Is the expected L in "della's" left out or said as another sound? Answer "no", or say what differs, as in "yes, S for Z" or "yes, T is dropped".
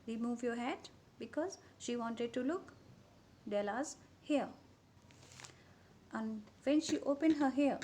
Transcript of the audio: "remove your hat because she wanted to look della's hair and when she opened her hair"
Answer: no